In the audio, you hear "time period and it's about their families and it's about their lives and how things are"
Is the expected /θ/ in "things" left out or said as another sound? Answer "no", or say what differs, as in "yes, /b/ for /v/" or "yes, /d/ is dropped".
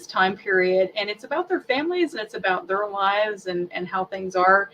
no